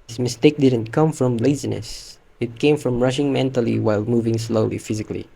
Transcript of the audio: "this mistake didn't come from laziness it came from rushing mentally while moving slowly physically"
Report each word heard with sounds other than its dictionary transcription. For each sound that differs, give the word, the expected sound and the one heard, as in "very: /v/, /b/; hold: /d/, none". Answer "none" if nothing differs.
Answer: none